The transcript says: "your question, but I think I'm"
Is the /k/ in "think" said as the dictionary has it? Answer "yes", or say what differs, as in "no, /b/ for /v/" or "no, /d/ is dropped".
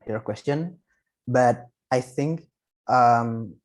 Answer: yes